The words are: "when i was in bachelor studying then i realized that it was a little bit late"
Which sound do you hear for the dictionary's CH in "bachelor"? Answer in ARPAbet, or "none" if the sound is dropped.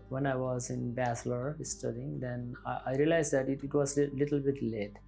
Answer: S